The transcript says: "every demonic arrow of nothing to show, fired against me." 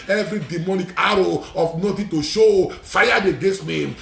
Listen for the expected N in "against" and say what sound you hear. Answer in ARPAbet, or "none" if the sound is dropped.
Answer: none